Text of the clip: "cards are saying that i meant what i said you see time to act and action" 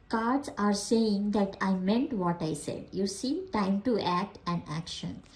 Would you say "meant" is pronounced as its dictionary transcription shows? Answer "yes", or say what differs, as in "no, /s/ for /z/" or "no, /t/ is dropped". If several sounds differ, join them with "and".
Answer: yes